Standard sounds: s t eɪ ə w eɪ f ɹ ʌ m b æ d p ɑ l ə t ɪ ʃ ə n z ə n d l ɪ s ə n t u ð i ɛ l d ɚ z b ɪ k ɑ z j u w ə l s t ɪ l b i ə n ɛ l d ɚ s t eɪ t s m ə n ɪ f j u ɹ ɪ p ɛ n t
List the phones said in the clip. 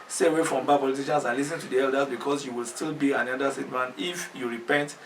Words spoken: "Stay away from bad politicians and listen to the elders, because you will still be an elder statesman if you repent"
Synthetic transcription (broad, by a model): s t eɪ ə w eɪ f ɹ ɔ m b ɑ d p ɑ l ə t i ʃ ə n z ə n l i s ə n t u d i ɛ l d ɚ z b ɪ k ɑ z j u w ə l s t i l b i ə n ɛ d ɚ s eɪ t m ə n ɪ f j u ɹ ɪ p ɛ n t